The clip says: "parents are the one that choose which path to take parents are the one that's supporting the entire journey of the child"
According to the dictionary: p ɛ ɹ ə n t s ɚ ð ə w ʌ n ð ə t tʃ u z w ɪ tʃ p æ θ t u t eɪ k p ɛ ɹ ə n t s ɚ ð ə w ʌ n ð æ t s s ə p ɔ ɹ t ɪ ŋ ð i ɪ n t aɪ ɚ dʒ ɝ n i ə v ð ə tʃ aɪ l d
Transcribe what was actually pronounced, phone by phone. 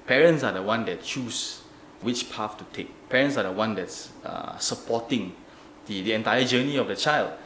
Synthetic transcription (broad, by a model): p ɛ ɹ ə n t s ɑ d ə w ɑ n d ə t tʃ u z w ɪ tʃ p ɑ f t u t eɪ k p ɛ ɹ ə n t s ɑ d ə w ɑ n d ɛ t s s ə p ɔ t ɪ ŋ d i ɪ n t aɪ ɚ dʒ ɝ n i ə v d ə tʃ aɪ l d